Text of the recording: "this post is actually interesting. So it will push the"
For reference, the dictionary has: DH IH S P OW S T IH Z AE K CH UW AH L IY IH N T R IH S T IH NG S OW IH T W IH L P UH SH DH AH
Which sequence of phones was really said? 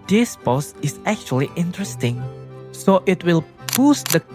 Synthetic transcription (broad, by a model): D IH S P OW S IH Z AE K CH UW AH L IY IH N T R IH S T IH NG S OW IH T W IH L B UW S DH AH